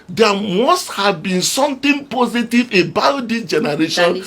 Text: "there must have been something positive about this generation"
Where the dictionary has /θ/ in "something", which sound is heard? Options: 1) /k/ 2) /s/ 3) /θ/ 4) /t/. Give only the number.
4